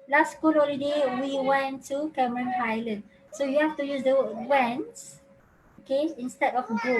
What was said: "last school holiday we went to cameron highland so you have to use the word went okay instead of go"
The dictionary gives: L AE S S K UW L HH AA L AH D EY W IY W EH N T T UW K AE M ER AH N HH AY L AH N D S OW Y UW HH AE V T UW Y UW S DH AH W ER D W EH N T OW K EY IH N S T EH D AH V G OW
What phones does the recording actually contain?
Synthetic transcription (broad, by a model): L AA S S K UW L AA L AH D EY W IY W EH N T T UW K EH M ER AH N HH AY L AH N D S OW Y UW HH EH F T UW Y UW S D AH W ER W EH N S OW K EY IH N S T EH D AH F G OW